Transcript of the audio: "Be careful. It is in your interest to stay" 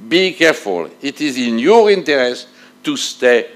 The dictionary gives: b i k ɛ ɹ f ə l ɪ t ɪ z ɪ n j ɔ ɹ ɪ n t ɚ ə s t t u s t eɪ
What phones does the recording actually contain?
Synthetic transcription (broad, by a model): b i k ɛ ɹ f ə l ɪ t ɪ z ɪ n j ɔ ɹ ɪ n t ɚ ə s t t u s t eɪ